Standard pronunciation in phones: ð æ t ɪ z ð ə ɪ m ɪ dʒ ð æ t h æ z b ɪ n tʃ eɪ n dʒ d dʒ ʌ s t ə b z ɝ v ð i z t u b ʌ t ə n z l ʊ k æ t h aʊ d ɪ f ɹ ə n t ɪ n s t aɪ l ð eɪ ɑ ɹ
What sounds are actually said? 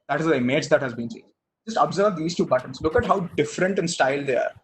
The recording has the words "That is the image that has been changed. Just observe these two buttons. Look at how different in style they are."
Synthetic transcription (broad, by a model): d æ t ɪ z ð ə ɪ m ɪ dʒ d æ t h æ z b ɪ n s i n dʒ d dʒ ʌ s t ə b z ɝ v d i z t u b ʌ t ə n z l ʊ k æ t h aʊ d ɪ f ɹ ə n t ɪ n s t aɪ l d eɪ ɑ ɹ